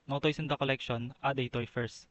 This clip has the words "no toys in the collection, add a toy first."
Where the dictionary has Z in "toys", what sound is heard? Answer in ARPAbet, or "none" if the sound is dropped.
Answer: S